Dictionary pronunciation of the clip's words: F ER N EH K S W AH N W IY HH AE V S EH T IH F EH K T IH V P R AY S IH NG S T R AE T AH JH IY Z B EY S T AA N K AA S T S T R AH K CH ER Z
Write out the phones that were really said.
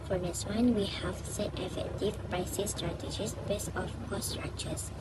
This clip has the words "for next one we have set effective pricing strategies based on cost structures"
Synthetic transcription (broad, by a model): F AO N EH S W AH N W IY HH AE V S EH T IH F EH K T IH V P R AY S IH S T R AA T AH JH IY S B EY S AA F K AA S S T R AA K CH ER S